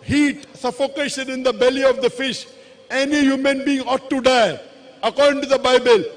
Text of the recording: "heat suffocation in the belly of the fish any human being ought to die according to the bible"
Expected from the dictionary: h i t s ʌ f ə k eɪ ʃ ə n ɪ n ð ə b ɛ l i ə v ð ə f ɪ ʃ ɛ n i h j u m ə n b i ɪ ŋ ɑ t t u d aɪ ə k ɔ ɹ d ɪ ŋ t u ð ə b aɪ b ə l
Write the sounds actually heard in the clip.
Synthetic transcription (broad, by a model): h i t s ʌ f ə k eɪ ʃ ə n ɪ n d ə b ɛ l i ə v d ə f ɪ ʃ ɛ n i h j u m ə n b i ɪ ŋ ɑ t t u d aɪ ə k ɔ ɹ d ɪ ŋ t u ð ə b aɪ b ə l